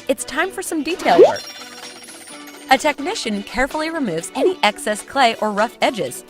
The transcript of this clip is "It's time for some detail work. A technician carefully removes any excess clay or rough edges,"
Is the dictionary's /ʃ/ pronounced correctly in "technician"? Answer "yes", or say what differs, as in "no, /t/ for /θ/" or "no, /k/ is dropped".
yes